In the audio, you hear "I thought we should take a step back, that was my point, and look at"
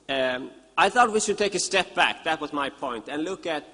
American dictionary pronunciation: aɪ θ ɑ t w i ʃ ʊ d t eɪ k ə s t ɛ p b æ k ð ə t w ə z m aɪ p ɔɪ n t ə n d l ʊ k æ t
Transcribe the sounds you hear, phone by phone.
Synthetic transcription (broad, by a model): aɪ θ ɑ t w i ʃ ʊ d t eɪ k ə s t ɛ p b æ k ð ə t w ə z m aɪ p ɔɪ n t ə n l ʊ k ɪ t